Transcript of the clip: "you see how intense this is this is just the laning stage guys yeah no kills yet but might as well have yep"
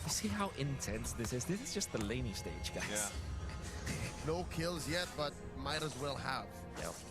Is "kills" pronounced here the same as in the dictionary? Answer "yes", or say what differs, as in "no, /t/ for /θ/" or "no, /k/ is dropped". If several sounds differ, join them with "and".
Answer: yes